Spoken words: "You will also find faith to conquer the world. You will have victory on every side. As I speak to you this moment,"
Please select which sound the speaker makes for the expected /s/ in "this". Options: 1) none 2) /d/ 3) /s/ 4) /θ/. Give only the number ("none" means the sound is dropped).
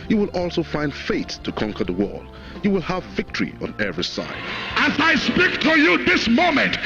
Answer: 3